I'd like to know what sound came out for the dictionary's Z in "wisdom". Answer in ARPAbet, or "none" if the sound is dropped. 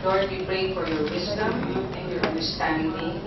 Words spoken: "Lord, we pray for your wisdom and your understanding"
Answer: S